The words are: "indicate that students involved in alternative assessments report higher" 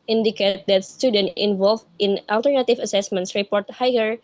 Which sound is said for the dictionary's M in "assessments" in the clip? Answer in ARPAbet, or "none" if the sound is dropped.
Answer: M